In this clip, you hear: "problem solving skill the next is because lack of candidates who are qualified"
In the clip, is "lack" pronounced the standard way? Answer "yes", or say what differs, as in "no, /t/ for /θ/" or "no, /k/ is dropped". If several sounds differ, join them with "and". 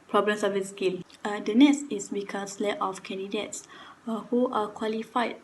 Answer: no, /k/ is dropped